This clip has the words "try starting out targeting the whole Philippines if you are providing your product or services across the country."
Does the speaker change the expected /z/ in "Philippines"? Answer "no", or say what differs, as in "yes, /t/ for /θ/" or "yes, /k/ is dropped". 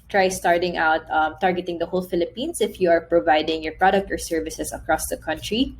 yes, /s/ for /z/